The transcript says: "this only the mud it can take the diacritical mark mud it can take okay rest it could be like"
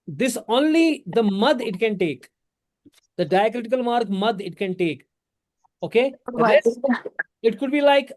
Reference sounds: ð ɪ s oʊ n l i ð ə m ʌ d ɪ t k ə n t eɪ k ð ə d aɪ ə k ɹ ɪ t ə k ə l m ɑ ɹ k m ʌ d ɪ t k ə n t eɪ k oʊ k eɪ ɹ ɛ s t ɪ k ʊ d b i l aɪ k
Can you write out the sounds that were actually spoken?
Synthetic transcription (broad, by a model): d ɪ s oʊ n l i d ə m ʌ d ɪ t k ə n t eɪ k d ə d aɪ ə k ɹ ɪ t ə k ə l m ɑ ɹ k m ʌ d ɪ t k ə n t eɪ k oʊ k eɪ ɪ t k ʊ d b i l aɪ k